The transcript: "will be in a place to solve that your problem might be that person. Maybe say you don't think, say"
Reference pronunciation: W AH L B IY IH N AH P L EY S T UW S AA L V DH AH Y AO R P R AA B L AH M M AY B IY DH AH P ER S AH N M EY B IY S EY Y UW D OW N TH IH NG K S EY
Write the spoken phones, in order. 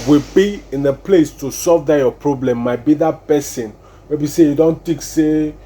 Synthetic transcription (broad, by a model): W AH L B IY IH N AH P L EY S T UW S AA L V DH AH Y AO P R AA B L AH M M AY B IY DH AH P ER S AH N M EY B IY S EY Y UW D OW N T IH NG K S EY